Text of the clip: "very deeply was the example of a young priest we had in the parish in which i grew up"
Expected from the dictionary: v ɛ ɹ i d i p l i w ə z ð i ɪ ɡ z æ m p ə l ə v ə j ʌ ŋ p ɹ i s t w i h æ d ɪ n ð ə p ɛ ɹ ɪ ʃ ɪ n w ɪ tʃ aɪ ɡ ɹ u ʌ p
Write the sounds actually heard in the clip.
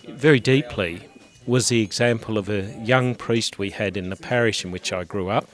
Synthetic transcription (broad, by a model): v ɛ ɹ i d i p l i w ə z ð i ɪ ɡ z æ m p ə l ə v ə j ʌ ŋ p ɹ i s t w i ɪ d ɪ n ð ə p ɛ ɹ ɪ ʃ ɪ n w ɪ tʃ aɪ ɡ ɹ u ʌ p